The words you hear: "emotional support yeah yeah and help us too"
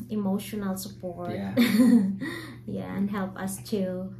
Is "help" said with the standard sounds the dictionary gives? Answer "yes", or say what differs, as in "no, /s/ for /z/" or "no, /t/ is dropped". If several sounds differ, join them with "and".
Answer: yes